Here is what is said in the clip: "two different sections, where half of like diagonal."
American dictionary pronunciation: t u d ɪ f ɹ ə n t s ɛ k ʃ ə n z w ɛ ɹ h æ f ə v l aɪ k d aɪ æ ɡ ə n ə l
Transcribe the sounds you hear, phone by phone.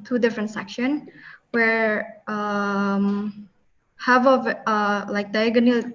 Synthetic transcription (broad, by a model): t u d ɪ f ɹ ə n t s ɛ k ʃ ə n w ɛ ɹ h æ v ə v l aɪ k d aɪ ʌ ɡ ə n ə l